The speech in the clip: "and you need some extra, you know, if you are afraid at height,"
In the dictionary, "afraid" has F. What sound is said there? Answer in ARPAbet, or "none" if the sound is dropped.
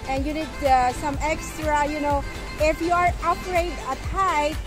P